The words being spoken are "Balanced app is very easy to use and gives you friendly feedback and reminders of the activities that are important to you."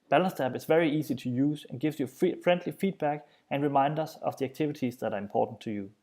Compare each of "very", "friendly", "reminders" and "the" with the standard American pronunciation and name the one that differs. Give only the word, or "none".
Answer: reminders